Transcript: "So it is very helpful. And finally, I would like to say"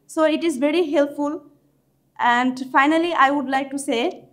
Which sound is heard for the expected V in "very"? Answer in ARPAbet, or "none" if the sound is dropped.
V